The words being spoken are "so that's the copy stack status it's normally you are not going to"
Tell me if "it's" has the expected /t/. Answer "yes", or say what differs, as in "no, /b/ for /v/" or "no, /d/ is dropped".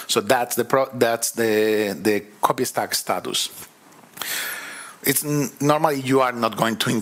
yes